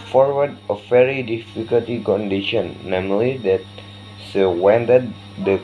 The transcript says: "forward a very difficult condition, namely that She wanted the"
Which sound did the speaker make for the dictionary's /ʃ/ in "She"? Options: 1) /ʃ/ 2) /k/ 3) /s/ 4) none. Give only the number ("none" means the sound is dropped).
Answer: 3